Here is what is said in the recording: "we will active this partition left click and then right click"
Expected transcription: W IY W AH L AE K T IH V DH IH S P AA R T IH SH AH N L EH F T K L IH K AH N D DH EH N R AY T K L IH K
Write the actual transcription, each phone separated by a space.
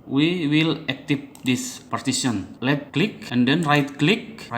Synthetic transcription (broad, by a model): W IY W AH L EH K T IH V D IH S P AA R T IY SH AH N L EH T K L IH K AH N D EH N R AY T K L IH K